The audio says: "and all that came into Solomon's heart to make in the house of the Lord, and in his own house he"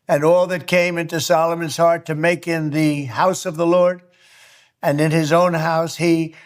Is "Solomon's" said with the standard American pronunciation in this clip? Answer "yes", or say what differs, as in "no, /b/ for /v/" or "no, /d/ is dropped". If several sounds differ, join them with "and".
yes